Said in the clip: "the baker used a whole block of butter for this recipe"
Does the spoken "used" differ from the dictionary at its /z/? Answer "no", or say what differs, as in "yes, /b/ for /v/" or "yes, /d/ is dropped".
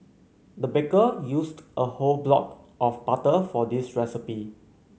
yes, /s/ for /z/